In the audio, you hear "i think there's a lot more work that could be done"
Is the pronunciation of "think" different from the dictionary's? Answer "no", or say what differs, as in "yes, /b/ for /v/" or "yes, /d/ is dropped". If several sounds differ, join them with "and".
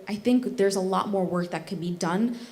no